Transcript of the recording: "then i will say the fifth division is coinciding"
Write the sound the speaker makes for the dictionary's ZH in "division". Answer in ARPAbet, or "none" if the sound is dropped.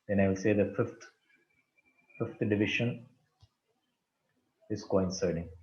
SH